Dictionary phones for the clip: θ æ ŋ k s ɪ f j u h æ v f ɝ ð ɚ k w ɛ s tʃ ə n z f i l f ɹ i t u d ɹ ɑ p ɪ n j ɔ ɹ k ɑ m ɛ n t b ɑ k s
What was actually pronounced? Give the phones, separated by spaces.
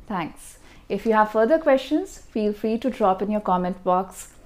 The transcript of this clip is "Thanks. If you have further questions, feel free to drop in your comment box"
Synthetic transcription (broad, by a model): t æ ŋ k s ɪ f j u h æ v f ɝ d ɚ k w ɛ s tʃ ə n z f i l f ɹ i t u d ɹ ɑ p ɪ n j ɔ ɹ k ɑ m ɛ n t b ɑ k s